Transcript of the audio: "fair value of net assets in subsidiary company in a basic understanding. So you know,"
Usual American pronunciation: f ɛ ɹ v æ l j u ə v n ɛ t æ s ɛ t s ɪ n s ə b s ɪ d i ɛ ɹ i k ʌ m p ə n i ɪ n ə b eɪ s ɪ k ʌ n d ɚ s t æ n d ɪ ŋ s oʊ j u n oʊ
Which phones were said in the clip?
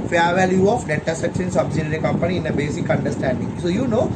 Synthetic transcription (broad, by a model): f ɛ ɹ v æ l j u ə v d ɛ t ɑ s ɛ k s ɪ n s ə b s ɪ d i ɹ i k ʌ m p ə n i ɪ n ə b eɪ s ɪ k ʌ n d ɚ s t æ n d ɪ ŋ s oʊ j u n oʊ